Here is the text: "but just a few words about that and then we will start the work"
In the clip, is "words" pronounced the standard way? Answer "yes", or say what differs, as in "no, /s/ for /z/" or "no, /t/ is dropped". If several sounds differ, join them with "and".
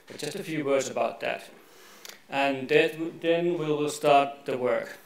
yes